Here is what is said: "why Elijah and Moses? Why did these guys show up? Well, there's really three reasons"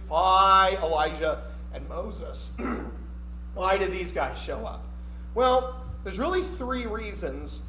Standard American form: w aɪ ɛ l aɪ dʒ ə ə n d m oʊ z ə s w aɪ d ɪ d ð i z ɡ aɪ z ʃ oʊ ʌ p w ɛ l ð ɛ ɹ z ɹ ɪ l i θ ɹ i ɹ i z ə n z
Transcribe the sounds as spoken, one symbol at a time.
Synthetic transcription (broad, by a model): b aɪ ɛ l aɪ ʒ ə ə n m oʊ z ə s w aɪ d ɪ d ð i z ɡ aɪ z ʃ oʊ ʌ p w ɛ l ð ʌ ɹ z ɹ ɪ l i θ ɹ i ɹ i z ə n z